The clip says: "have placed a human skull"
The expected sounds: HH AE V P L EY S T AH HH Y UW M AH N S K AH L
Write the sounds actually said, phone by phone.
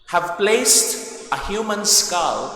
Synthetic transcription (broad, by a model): HH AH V P L EY S T AH HH Y UW M AH N S K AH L